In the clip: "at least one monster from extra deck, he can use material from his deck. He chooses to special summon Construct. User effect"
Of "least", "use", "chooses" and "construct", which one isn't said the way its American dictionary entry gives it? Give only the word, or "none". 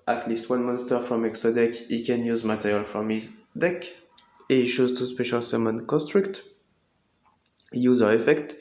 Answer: chooses